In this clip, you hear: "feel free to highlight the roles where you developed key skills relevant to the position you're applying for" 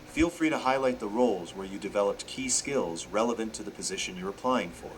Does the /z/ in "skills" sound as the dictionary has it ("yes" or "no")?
yes